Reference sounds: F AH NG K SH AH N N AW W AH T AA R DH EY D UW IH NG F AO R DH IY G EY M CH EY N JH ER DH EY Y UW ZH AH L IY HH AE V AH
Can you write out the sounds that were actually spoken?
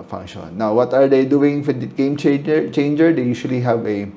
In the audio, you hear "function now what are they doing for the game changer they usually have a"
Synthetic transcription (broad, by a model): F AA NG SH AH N N AW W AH T AA R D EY D UW IH NG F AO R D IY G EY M CH EY N JH ER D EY Y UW SH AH L IY HH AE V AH